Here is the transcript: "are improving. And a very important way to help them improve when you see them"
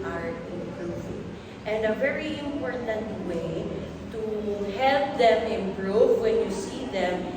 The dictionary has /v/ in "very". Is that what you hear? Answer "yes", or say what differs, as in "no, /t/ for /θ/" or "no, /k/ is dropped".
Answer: yes